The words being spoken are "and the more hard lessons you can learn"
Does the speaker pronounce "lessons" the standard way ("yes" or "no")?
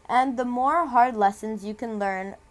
yes